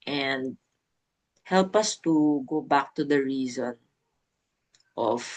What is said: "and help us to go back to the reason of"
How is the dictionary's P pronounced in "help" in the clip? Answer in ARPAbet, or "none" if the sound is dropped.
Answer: P